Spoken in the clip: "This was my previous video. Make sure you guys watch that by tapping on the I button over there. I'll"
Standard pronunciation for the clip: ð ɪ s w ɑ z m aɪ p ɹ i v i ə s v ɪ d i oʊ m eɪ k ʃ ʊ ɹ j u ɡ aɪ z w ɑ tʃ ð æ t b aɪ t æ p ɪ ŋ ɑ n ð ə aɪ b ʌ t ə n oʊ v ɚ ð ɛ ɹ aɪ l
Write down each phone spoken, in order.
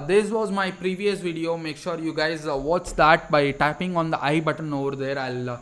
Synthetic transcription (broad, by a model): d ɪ s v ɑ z m aɪ p ɹ i v i ə s v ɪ d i oʊ m eɪ k ʃ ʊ ɹ j u ɡ aɪ z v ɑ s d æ t b aɪ t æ p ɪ ŋ ɑ n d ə aɪ b ʌ t ə n oʊ v ɚ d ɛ ɹ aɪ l